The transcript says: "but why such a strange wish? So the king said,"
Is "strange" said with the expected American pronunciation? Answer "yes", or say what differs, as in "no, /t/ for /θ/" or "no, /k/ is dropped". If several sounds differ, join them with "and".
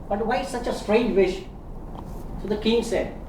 yes